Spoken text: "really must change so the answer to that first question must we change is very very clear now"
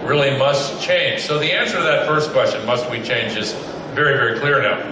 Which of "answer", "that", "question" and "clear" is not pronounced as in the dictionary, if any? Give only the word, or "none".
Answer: none